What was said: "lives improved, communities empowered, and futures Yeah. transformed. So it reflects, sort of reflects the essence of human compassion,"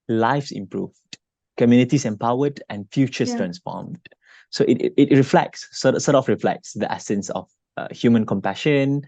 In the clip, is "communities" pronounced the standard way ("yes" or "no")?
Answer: no